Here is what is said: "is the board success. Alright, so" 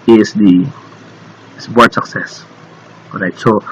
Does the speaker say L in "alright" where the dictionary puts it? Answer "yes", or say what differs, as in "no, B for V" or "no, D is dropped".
no, L is dropped